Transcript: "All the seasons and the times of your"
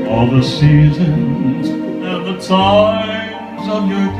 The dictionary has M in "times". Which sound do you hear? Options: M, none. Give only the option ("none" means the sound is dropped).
none